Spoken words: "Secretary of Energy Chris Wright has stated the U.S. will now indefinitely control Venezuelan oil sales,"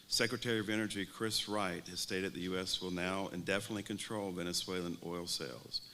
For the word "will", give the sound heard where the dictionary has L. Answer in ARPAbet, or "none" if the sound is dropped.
L